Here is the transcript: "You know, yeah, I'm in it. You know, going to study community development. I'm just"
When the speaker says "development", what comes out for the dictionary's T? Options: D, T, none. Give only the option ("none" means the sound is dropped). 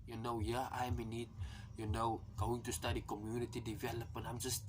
none